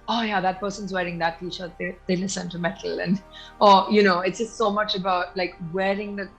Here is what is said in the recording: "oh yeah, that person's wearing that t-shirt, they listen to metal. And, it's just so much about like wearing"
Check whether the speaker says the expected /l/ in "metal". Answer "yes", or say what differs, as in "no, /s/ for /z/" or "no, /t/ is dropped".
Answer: no, /n/ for /l/